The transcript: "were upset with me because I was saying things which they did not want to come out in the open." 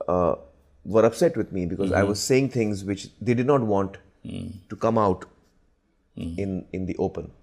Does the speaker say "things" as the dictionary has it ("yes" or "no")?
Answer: no